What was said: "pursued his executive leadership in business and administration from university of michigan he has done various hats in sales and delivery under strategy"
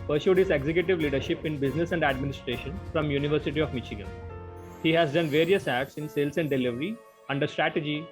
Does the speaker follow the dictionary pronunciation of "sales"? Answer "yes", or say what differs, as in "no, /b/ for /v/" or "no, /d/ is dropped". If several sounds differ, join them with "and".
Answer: no, /s/ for /z/